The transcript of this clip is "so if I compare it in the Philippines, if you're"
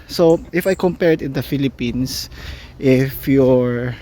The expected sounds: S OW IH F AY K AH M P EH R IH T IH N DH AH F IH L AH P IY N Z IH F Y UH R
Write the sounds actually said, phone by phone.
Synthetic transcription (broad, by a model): S OW IH F AY K AH M P EH R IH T IH N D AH F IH L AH P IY N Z IH F Y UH R